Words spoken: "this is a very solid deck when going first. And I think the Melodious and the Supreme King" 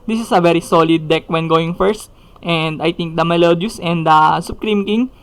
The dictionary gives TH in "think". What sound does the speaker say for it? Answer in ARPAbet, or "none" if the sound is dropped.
T